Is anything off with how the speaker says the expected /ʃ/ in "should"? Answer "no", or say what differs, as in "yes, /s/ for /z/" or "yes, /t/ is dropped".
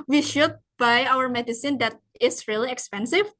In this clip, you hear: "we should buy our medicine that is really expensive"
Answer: no